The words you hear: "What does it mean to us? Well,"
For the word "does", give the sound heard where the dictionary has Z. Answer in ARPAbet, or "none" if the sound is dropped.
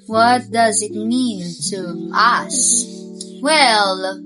Z